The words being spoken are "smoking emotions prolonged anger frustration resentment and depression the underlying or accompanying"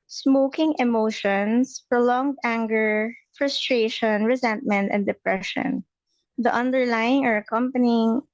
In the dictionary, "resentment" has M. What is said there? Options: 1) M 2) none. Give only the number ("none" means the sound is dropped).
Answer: 1